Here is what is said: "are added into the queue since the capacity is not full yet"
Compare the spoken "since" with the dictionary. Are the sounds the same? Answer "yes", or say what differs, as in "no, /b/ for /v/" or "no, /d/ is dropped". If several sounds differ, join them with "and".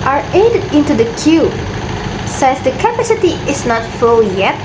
no, /n/ is dropped